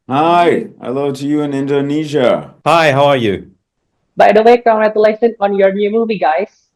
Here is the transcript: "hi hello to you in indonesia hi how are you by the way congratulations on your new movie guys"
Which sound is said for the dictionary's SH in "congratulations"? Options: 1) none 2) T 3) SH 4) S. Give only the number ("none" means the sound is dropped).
4